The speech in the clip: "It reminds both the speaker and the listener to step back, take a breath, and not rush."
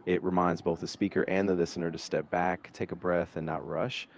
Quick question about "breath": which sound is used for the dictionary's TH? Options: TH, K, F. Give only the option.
TH